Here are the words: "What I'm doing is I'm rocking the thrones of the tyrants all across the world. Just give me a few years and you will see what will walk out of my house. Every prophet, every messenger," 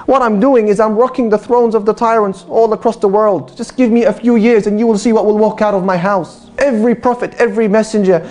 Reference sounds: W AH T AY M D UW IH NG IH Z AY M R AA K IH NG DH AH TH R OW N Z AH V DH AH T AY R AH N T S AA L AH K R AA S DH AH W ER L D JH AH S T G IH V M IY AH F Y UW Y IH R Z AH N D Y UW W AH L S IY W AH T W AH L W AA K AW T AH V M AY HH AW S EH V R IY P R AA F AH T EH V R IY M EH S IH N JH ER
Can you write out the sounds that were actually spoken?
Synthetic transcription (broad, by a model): W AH T AY M D UW IH NG IH Z AY M R AA K IH NG DH AH TH R OW N Z AH V DH AH T AY R AH N T S AA L AH K R AA S DH AH W ER L D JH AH S G IH V M IY AH F Y UW Y IH R Z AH N Y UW W AH L S IY W AH T W AH L W AA K AW T AH V M AY HH AW S EH V R IY P R AA F AH T EH V R IY M EH S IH N JH ER